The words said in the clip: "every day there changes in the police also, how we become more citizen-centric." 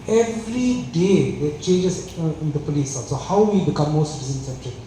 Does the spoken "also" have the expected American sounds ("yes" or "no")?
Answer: no